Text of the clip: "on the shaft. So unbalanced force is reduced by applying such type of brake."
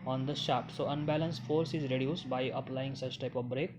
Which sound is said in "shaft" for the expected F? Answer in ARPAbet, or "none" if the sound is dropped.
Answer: none